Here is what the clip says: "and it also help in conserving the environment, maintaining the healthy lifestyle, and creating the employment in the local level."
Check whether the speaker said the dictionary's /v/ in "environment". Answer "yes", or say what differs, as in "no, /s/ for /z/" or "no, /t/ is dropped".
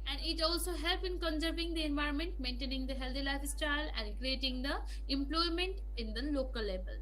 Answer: yes